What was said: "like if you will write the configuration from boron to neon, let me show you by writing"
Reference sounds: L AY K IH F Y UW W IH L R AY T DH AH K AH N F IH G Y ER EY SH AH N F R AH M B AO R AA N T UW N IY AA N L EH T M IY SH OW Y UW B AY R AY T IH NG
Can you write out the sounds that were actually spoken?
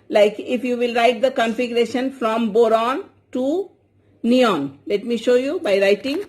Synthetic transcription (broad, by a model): L AY K IH F Y UW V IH L R AY T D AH K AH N F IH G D EY SH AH N F R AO M B AO R AA N T UW N IY AA N L EH T M IY SH OW Y UW B AY R AY T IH NG